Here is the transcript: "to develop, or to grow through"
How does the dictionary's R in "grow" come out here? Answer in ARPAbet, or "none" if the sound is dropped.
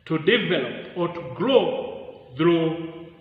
L